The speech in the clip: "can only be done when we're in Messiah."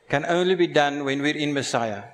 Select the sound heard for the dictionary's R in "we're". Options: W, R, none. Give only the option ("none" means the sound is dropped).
R